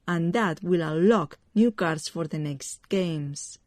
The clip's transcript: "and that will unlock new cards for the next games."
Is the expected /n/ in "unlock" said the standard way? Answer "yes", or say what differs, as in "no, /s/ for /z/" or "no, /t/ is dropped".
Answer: no, /n/ is dropped